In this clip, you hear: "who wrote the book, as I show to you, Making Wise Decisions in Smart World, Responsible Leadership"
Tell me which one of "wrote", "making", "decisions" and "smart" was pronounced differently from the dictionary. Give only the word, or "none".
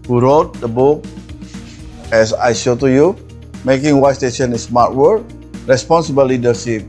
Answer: decisions